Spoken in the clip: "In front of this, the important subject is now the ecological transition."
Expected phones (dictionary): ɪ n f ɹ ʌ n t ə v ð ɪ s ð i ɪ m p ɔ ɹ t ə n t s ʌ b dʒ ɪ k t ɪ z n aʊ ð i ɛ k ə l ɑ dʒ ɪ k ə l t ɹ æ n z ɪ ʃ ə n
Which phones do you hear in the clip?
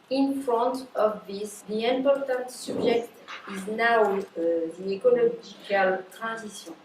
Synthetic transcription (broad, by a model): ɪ n f ɹ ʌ n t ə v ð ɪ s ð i ɪ m p ɔ ɹ t ə n t s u b ʒ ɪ k t ɪ z n aʊ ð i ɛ k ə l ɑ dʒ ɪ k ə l t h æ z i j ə